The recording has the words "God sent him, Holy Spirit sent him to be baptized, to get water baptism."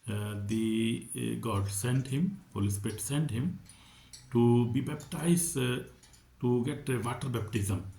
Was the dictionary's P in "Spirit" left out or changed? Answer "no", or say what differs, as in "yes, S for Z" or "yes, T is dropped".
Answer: yes, P is dropped